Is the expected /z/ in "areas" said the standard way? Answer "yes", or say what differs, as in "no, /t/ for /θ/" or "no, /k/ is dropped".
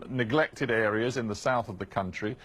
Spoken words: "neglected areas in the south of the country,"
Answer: yes